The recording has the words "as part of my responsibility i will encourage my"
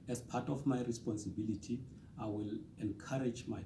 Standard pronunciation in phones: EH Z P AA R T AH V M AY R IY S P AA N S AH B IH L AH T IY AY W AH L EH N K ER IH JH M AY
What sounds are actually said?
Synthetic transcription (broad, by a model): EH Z P AA T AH F M AY R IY S P AA N S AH B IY L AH T IY AY W AH L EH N K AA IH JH M AY